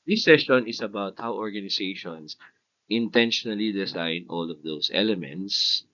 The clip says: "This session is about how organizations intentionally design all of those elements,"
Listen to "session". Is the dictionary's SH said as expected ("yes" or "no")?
no